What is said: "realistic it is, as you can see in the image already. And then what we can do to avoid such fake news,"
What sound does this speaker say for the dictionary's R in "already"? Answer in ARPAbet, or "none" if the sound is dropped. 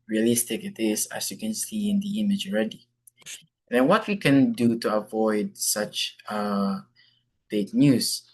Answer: R